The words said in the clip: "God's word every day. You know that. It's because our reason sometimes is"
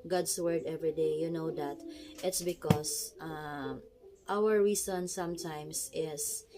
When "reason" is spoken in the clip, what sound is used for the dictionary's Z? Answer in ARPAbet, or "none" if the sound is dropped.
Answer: S